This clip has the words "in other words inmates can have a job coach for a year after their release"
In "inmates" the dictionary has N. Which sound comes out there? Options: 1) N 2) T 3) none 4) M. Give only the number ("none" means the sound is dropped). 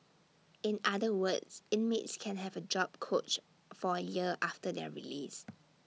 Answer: 1